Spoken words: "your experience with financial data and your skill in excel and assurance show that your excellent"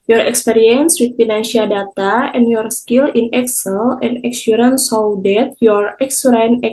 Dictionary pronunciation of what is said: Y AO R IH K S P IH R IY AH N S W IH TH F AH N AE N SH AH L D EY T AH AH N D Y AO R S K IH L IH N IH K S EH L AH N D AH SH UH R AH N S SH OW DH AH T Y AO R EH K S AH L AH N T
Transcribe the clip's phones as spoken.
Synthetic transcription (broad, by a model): Y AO R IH K S P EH R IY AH N S W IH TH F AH N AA N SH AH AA D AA T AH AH N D Y AO R S K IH L IH N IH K S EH L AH N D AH S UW R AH N S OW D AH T Y AO R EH K S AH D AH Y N